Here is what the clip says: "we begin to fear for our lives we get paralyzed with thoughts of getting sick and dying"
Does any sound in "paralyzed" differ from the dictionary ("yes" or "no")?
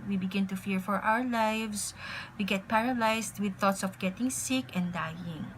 yes